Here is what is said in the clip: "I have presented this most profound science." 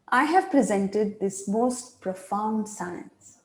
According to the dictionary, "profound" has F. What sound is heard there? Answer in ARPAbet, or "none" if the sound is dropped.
F